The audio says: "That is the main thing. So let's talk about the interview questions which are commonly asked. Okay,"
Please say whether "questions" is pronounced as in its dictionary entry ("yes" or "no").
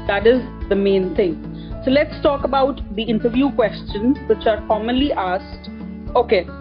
yes